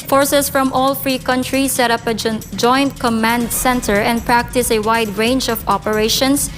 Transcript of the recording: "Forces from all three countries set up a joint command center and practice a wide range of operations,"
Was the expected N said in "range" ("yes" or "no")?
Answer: yes